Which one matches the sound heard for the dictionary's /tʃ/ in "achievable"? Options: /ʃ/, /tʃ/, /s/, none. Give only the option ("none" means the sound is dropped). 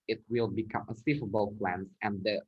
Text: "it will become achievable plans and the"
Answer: /s/